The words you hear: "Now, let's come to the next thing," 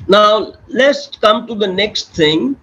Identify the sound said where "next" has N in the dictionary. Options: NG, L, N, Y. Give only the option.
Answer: N